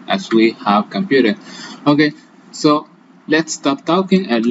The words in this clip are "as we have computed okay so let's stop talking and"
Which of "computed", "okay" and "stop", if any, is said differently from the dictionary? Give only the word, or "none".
computed